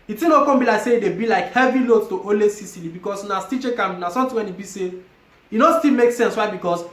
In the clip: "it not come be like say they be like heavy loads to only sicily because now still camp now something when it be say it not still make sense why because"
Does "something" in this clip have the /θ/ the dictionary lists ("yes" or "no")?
no